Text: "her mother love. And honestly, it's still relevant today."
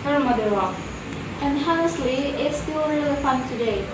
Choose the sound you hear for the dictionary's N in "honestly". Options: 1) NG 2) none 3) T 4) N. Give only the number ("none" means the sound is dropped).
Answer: 2